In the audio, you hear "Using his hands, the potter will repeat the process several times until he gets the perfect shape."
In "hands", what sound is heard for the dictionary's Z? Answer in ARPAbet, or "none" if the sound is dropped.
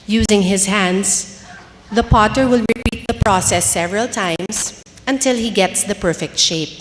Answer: S